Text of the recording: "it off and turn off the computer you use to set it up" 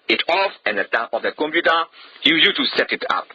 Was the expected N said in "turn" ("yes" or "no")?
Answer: no